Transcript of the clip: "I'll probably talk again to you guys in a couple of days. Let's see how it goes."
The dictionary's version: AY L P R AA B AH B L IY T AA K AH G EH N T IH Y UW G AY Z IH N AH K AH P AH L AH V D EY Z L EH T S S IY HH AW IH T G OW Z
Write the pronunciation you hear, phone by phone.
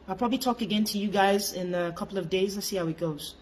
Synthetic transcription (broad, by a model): AY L P R AA B AH B L IY T AA K AH G EH N T IH Y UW G AY Z IH N AH K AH P L AH V D EY Z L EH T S S IY HH AW IH T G OW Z